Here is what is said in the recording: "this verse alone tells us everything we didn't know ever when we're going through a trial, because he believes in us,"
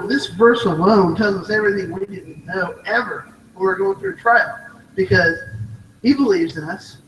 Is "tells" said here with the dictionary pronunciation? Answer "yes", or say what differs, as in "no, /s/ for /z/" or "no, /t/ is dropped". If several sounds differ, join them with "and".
no, /l/ is dropped